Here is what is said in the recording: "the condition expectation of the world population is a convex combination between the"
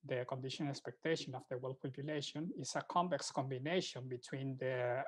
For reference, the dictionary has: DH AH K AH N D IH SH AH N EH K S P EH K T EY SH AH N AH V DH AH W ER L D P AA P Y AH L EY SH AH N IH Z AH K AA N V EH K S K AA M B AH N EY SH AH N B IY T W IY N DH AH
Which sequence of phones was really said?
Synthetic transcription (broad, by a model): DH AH K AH N D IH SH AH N EH K S P EH K T EY SH AH N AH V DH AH W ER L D P AA P Y AH L EY SH AH N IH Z AH K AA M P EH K S K AA M B AH N EY SH AH N B IY T W IY N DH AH